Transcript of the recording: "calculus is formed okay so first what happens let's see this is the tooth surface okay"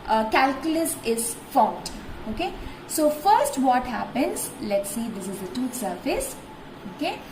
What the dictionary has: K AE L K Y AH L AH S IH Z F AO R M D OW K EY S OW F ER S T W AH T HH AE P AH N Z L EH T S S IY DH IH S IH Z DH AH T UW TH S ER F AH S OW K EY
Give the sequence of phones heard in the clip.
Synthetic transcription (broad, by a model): K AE L K Y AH L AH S IH Z F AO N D OW K EY S OW F ER S T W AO T HH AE P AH N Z L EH T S S IY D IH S IH Z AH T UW T S ER F AH S OW K EY